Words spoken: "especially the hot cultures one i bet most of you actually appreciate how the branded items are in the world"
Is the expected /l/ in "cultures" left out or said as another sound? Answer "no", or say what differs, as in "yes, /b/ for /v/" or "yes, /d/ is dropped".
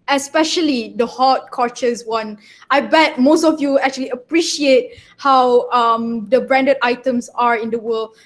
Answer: yes, /l/ is dropped